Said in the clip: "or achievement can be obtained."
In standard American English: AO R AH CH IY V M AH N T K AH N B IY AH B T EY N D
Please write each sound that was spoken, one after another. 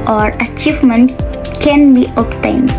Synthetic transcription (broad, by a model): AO R AH CH IY V M AH N T K AH N B IY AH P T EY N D